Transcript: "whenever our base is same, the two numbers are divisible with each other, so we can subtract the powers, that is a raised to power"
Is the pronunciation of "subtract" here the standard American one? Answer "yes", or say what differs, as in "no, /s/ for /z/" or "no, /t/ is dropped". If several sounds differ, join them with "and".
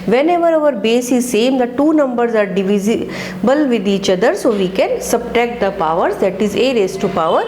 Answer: no, /ɹ/ is dropped